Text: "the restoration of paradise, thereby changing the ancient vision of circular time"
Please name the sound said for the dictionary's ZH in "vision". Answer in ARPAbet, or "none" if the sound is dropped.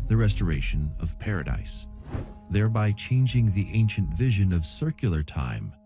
ZH